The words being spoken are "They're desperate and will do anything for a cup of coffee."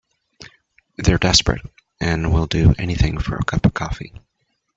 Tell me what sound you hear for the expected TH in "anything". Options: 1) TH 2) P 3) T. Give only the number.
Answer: 1